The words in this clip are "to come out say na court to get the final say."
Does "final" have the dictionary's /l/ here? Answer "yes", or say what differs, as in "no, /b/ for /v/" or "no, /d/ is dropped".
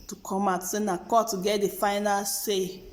yes